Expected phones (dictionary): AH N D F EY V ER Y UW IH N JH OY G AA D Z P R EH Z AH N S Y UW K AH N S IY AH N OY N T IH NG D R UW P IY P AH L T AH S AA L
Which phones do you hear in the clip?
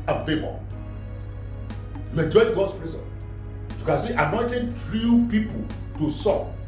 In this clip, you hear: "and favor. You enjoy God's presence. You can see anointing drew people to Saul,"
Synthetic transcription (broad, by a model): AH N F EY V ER Y UW IH N JH OY G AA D S P R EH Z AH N Y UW K AH N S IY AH N OY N T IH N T R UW P IY P AH L T AH S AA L